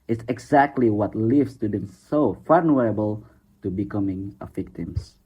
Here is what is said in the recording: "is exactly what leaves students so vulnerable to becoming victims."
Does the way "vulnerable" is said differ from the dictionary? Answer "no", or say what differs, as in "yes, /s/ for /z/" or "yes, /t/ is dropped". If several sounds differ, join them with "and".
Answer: yes, /f/ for /v/